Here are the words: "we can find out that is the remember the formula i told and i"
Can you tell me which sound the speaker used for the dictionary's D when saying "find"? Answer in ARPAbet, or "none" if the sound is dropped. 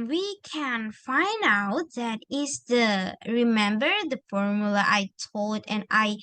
D